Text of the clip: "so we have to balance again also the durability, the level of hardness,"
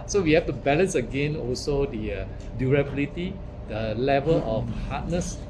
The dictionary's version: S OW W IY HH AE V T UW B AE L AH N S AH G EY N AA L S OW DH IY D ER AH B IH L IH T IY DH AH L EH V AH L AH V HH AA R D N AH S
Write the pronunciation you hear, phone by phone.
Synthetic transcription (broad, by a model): S OW W IY HH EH F T UW B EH L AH N S AH G EY N AA L S OW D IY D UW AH B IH L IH T IY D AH L EH V AH L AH F HH AA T N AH S